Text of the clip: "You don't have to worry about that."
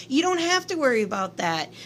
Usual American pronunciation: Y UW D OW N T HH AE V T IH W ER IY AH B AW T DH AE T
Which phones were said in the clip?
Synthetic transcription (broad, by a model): Y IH D OW N T HH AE F T IH W ER IY AH B AW T DH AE T